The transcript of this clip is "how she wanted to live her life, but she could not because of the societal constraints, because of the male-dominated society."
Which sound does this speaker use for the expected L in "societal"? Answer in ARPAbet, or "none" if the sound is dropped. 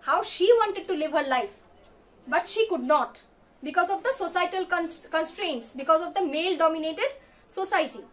N